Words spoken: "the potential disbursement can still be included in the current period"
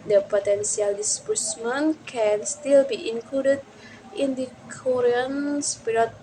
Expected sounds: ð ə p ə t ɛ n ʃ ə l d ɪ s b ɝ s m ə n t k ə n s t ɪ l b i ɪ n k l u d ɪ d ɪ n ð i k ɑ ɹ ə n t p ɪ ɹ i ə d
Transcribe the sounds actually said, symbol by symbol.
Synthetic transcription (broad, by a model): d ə p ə t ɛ n s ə l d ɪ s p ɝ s m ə n k ə n s t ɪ l b i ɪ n k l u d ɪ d ɪ n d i k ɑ ɹ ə n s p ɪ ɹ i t